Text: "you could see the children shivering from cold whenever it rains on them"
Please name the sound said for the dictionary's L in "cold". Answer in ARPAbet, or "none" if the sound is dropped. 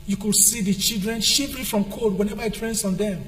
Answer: none